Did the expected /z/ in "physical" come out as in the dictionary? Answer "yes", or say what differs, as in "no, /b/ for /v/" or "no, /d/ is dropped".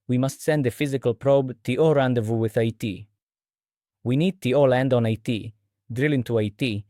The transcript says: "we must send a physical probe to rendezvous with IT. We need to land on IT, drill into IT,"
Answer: yes